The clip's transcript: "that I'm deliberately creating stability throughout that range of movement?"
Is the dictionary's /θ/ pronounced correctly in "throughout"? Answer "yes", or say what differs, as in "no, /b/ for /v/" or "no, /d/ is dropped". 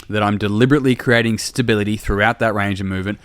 yes